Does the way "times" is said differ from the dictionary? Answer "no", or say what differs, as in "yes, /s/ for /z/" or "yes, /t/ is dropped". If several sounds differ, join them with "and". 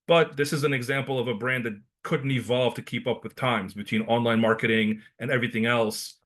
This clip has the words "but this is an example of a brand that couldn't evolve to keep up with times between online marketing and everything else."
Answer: no